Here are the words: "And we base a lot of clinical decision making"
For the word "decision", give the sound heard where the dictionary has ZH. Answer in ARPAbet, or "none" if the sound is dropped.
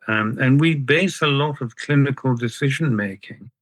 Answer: ZH